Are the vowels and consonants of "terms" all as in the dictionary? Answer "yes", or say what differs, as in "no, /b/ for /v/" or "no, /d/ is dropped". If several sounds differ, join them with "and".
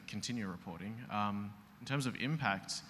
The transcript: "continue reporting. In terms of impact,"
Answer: yes